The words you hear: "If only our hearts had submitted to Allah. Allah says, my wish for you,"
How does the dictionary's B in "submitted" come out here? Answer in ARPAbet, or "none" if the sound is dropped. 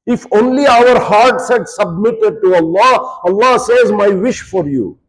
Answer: B